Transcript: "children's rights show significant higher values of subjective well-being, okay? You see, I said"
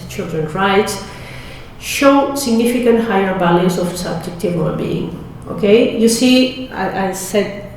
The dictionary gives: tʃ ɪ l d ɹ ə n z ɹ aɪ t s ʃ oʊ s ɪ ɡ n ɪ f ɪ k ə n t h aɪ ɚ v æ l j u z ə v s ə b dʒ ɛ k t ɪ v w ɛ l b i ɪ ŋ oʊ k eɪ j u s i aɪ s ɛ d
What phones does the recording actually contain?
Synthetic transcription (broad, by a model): tʃ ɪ l d ɹ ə n ɹ aɪ t s ʃ oʊ s ɪ ɡ n ɪ f ɪ k ə n t h aɪ ɚ b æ l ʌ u s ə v s ə b dʒ ɛ k t ɪ v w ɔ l b i ɪ ŋ oʊ k eɪ j u s i aɪ s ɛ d